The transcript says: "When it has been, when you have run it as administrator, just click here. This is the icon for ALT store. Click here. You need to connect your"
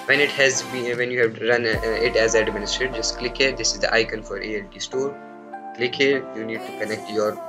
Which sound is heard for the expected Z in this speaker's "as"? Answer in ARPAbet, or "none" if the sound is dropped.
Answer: Z